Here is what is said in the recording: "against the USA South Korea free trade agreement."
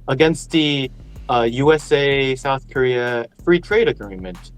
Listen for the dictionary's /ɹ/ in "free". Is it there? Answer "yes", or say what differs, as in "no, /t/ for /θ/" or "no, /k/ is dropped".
yes